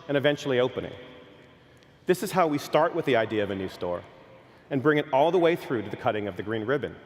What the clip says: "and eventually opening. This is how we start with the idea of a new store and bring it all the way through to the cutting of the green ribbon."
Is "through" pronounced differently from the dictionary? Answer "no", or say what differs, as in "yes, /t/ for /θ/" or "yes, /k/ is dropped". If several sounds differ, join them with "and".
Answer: no